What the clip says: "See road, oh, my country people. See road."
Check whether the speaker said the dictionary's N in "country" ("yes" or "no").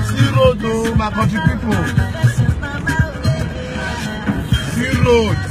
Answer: no